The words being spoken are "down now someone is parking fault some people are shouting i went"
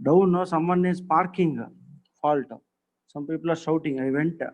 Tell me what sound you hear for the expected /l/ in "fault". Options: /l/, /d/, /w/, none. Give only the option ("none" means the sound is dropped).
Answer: /l/